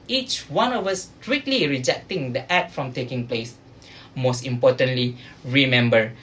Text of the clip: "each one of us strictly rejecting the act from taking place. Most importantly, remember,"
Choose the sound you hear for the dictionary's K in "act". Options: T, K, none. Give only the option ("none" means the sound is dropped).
none